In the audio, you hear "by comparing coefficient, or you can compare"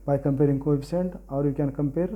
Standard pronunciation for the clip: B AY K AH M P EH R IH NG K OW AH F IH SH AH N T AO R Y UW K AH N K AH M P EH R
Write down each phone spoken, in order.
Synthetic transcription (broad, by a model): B AY K AH M P EH R IH NG K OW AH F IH S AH N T AO R Y UW K AH N K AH M P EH R